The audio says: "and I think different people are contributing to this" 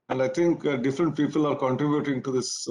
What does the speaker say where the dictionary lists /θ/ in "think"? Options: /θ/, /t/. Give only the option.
/t/